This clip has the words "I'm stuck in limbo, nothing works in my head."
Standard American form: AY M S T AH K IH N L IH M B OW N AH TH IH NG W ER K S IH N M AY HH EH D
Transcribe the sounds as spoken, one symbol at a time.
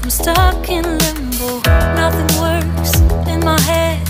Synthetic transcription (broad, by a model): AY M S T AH K IH N L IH M B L N AH TH IH NG W ER S IH N M AY HH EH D